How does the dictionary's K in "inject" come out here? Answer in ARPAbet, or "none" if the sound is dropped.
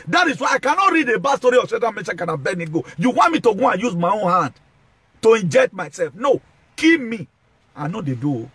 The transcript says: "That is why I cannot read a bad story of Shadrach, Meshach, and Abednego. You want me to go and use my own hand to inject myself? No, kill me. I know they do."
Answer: K